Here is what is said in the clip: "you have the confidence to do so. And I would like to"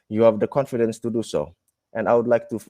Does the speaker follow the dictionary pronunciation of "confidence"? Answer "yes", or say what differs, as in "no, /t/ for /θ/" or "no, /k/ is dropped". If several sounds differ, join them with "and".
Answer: yes